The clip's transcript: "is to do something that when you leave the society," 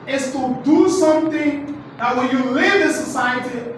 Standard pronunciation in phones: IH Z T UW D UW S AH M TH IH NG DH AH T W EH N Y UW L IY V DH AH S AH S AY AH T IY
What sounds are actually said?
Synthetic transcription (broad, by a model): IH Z T UW D UW S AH M T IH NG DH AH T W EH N Y UW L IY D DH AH S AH S AY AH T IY